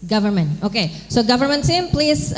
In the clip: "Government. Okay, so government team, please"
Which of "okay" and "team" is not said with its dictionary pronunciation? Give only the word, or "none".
team